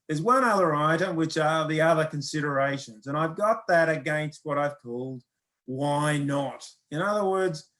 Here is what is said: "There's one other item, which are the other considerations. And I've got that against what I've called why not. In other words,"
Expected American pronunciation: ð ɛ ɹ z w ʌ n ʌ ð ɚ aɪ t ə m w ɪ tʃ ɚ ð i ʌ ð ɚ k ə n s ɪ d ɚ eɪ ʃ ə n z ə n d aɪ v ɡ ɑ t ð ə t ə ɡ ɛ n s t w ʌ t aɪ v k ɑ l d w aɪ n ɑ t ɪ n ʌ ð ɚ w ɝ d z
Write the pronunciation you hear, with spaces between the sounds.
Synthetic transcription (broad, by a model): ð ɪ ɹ z w ʌ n ʌ ð ɚ aɪ t ə m w ɪ tʃ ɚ ð i ʌ ð ɚ k ə n s ɪ d ɚ eɪ ʃ ə n z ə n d aɪ v ɡ ɑ t ð ə t ə ɡ ɛ n s t w ʌ t aɪ v k ɑ l d w aɪ n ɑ t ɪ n ʌ ð ɚ w ɝ d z